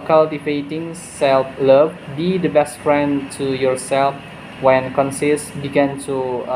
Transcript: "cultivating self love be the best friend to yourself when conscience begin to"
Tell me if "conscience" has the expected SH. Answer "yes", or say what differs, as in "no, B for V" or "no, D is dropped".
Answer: no, S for SH